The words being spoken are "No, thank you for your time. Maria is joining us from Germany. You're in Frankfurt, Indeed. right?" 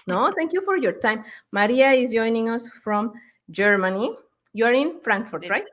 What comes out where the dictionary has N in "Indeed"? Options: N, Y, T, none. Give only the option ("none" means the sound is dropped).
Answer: none